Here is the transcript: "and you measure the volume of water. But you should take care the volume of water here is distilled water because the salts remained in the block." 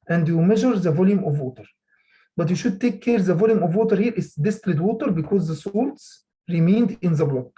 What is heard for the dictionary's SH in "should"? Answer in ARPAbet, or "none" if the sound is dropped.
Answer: SH